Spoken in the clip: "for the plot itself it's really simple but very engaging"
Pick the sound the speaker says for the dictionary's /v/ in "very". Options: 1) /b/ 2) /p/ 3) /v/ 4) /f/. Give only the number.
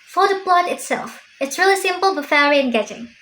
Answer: 4